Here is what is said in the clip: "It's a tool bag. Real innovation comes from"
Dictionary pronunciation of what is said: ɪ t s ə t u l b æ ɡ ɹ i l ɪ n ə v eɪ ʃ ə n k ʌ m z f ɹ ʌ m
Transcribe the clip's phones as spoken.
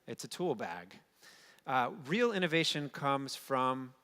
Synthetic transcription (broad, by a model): ɪ t s ə t u l b æ ɡ ɹ i l ɪ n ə v eɪ ʃ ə n k ʌ m z f ɹ ʌ m